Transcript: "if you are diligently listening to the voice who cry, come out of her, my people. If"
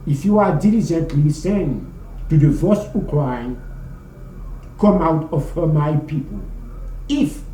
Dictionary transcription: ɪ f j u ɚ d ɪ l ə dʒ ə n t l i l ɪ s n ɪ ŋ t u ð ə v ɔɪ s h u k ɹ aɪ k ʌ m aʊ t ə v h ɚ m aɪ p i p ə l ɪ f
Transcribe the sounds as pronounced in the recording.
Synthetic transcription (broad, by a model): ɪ f j u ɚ d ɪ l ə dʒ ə n t l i s ɪ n t u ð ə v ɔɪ s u k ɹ aɪ k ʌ m aʊ t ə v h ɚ m aɪ p i p ə l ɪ f